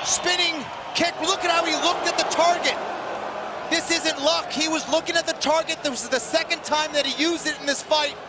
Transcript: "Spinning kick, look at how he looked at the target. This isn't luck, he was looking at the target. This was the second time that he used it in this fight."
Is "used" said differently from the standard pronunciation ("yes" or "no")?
no